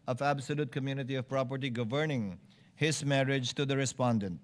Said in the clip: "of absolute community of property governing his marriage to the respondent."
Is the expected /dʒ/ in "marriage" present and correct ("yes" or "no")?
yes